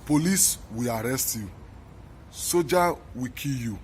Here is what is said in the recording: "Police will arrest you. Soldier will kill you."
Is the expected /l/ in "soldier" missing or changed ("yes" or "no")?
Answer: yes